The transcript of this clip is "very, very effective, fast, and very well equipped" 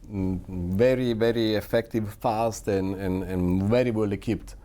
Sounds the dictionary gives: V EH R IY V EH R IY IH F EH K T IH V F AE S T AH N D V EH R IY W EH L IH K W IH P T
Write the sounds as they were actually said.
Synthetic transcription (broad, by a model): V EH R IY V EH R IY IH F EH K T IH V F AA S T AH N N V EH R IY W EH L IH K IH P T